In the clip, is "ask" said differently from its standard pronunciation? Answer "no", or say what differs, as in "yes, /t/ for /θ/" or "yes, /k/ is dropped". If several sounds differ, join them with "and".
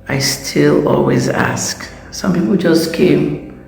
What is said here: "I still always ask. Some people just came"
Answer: no